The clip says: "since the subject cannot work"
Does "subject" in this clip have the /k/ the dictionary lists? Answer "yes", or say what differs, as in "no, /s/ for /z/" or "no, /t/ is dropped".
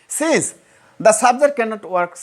no, /k/ is dropped